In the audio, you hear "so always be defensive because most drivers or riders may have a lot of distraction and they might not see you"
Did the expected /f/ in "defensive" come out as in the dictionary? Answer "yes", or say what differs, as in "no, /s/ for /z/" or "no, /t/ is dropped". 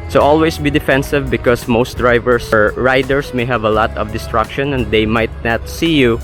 yes